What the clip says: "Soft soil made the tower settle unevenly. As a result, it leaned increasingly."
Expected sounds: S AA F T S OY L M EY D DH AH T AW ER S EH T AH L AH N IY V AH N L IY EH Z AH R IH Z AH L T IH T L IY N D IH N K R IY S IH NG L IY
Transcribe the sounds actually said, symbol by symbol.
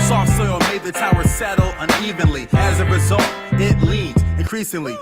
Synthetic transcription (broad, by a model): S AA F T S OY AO M EY D DH AH T AW ER S EH T L AH N IY V AH N L IY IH Z AH R IH Z AH L T IH T L IY D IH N K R IY S IH NG L IY